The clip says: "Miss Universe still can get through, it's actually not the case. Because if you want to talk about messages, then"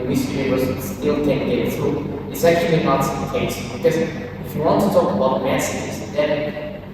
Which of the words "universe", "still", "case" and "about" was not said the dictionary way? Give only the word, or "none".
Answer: universe